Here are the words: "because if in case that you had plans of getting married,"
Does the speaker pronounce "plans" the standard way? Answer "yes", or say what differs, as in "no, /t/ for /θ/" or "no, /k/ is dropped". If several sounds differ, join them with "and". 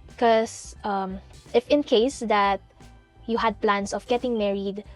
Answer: no, /s/ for /z/